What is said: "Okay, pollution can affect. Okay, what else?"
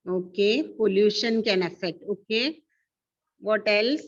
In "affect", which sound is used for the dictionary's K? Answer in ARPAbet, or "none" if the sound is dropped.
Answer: none